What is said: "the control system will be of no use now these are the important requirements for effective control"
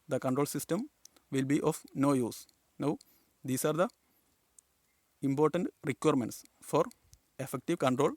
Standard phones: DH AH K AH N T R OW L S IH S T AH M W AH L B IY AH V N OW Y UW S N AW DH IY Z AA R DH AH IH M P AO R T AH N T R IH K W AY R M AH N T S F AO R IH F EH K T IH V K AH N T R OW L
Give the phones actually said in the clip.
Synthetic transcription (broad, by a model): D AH K AH N T R OW L S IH S T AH M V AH L B IY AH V N OW Y UW S N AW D IY S AA R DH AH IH M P AO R T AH N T R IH K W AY R M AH N T S F AO R IH F EH K T IH V K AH N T R OW L